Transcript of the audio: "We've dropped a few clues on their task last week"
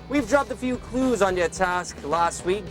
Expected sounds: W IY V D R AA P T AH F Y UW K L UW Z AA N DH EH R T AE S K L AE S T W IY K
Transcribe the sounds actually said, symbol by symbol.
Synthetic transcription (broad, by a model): W IY V D R AA P T AH F Y UW K L UW Z N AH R T AE S K L AE S T W IY K